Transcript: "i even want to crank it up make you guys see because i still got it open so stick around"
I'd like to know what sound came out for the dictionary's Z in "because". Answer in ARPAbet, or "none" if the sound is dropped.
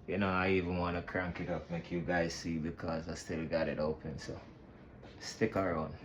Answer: Z